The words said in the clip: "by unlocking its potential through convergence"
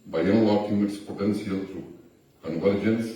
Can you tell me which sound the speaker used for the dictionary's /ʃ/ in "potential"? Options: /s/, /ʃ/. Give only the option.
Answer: /s/